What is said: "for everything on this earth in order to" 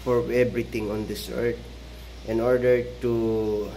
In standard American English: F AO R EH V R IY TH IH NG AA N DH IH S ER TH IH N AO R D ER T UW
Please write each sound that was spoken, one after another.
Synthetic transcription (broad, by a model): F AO R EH B R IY T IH NG AA N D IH S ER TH IH N AO R D ER T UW